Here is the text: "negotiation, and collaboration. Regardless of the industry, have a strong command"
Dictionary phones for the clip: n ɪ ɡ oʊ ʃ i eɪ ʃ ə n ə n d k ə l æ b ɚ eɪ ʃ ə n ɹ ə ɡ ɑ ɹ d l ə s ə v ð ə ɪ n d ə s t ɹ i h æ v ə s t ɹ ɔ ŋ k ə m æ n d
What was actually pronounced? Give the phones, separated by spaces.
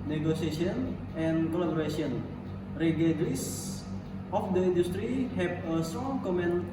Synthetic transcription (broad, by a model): n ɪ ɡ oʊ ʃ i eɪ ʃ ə n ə n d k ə l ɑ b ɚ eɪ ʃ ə n ɹ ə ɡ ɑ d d ə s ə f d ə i n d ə s t ɹ i h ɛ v ə s t ɹ ɔ ŋ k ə m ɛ n